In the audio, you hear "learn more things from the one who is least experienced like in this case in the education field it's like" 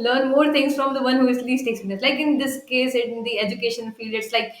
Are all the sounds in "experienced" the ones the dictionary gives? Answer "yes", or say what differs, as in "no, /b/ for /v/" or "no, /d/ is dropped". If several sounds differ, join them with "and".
no, /p/ is dropped and /n/ is dropped